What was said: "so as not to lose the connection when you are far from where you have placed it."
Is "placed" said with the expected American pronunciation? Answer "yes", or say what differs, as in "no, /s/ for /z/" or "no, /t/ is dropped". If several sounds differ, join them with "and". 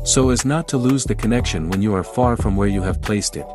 yes